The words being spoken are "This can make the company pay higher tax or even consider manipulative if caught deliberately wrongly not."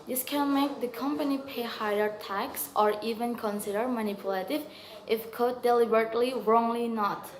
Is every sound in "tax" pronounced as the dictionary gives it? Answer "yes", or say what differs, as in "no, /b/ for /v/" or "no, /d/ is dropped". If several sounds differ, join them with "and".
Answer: yes